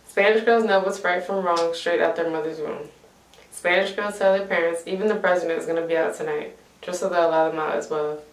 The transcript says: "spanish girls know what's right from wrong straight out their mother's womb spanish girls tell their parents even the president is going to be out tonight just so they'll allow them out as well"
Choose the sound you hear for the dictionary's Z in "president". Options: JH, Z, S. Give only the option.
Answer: Z